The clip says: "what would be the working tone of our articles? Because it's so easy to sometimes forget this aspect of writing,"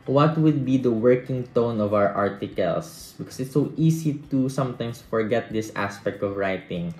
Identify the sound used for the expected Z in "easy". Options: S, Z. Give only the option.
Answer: S